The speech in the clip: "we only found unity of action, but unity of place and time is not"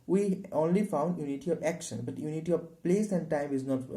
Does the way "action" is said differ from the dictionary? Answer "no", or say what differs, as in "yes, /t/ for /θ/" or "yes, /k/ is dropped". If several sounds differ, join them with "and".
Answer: no